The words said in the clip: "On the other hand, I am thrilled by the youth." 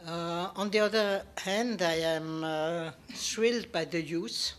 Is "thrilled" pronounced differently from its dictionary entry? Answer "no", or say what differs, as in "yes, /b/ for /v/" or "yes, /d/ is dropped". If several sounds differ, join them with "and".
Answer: yes, /s/ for /θ/